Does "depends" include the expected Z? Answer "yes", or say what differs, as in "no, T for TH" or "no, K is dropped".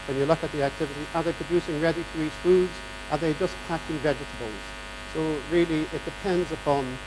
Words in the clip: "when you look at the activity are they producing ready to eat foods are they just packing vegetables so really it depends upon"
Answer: yes